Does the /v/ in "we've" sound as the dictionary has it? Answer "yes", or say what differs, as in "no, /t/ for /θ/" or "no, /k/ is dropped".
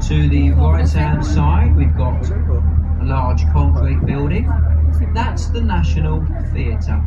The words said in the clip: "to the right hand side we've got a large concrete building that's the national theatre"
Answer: yes